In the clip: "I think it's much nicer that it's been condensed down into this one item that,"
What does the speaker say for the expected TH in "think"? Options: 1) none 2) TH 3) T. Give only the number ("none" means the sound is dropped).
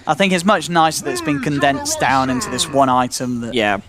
2